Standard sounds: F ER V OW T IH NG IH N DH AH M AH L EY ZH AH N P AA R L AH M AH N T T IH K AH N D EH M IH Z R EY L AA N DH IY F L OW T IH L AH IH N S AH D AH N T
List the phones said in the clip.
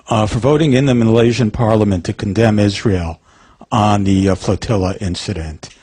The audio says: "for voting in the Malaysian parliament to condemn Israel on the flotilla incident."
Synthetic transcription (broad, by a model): F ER V OW T IH NG IH N DH AH M AH L EY ZH AH N P AA R L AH M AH N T T IH K N D EH M IH Z R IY L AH N DH IY F L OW T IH L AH IH N S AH D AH N T